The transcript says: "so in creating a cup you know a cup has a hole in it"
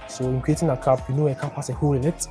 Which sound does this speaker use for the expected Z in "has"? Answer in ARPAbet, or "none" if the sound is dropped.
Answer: S